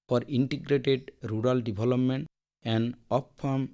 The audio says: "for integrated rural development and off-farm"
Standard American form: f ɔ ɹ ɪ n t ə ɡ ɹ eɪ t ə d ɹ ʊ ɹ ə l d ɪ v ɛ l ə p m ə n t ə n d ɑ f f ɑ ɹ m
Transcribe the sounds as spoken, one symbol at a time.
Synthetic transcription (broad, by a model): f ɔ ɹ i n t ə ɡ ɹ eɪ t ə d ɹ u ɹ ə l d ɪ b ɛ l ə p m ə n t ə n d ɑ p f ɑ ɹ m